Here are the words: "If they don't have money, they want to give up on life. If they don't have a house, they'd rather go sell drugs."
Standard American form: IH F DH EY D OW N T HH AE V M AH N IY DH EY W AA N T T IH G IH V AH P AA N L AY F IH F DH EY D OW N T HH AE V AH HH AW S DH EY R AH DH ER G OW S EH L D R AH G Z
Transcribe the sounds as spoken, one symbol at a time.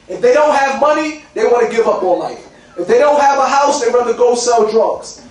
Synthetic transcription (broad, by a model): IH F DH EY D OW N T HH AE V M AH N IY DH EY W AA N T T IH G IH V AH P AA L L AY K IH F DH EY D OW N T HH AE V AH HH AW S DH EY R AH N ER G OW S EH L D R AH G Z